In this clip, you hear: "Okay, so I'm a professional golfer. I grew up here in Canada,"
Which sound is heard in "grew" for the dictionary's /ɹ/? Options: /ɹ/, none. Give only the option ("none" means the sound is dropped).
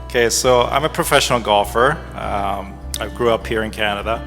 /ɹ/